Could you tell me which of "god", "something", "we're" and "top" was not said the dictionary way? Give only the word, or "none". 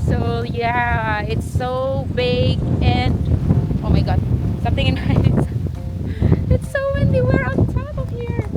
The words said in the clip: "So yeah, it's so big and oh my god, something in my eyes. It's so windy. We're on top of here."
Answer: top